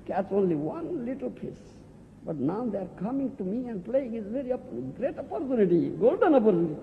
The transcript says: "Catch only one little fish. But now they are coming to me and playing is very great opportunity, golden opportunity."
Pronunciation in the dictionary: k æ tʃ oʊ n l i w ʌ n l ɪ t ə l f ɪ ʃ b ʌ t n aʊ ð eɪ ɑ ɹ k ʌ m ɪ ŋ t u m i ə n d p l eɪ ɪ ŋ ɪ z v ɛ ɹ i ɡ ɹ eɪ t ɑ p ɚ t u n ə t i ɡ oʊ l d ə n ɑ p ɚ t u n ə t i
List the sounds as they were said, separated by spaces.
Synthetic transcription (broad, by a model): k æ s oʊ n l i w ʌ n l ɪ t ə l p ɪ s b ʌ t n aʊ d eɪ ɑ ɹ k ʌ m ɪ ŋ t u m i ə n d p l eɪ ɪ ŋ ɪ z v ɛ ɹ i ɡ ɹ eɪ t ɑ p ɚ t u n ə t i ɡ oʊ l d ə n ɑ p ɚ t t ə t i